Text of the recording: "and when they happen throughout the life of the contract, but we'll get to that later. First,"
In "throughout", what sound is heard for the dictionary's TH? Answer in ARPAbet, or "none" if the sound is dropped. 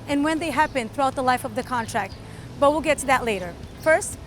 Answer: TH